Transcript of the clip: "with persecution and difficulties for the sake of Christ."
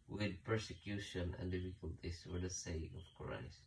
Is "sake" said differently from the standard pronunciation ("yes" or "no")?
yes